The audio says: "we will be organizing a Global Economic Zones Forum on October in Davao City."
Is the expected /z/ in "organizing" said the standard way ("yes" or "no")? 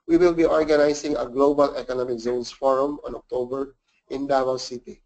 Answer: no